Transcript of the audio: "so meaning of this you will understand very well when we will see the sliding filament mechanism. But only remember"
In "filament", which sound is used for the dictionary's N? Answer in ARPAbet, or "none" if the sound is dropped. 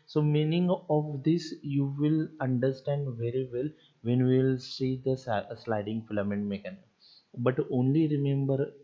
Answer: N